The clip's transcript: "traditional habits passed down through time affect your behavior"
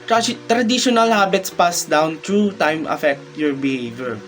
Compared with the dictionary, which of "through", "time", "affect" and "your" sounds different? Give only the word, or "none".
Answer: through